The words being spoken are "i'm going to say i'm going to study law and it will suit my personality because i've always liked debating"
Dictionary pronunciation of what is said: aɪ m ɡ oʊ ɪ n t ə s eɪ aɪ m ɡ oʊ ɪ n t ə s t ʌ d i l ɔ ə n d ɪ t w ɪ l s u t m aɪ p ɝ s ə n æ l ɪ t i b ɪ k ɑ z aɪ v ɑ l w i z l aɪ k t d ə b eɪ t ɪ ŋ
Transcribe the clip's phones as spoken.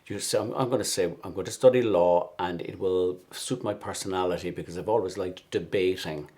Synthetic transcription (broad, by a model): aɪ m ɡ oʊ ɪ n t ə s eɪ aɪ m ɡ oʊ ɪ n t ə s t ʌ d i l ɔ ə n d ɪ t w ɪ l s u t m aɪ p ɝ s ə n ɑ l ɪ t i b ɪ k ɑ z aɪ v ɑ l w i z l aɪ k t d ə b eɪ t ɪ ŋ